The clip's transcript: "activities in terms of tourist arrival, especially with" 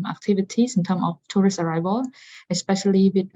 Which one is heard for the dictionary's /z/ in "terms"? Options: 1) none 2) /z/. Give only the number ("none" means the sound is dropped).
1